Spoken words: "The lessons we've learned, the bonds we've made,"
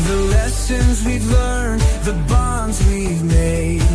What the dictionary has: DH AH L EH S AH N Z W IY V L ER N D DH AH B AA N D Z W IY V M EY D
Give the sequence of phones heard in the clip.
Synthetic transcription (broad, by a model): DH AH L EH S AH N Z W IY V L ER N DH AH B AA N D Z W IY V M EY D